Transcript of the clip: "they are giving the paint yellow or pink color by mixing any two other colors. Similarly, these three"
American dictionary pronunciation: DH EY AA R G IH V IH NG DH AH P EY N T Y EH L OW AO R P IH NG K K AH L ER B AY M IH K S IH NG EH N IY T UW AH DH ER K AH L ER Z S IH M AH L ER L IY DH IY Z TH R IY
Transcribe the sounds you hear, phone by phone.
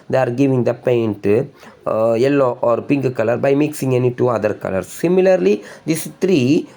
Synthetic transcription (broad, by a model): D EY AA R G IH V IH NG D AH P EY N T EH L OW AO R P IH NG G K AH L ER B AY M IH K S IH NG EH N IY T UW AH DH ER K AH L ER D S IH M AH L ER L IY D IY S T R IY